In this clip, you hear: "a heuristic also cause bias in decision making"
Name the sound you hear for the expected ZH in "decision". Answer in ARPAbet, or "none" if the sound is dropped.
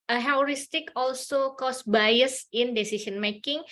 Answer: S